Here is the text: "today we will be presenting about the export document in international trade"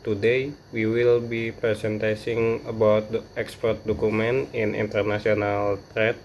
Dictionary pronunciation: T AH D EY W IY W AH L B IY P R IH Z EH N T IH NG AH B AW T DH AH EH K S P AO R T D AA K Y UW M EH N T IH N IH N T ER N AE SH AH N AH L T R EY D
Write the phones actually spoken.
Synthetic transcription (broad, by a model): T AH D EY W IY W AH L B IY P R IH S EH N T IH NG AH B AW T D EH K S P AO R T D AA K UW M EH N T IH N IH N T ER N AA S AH N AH L T R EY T